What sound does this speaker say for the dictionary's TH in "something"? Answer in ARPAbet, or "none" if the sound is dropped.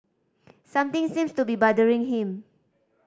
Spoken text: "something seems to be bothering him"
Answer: T